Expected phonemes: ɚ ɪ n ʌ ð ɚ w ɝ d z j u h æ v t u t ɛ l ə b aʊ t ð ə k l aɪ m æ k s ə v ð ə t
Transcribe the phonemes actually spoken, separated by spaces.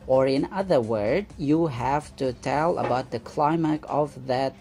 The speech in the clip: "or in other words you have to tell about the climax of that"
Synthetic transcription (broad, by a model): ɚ ɪ n ʌ ð ɚ w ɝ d j u h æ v t u t ɛ l ə b aʊ t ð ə k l aɪ m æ k ə v ð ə t